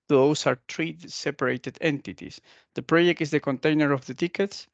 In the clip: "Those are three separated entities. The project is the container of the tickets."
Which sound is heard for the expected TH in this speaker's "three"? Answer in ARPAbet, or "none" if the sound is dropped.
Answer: T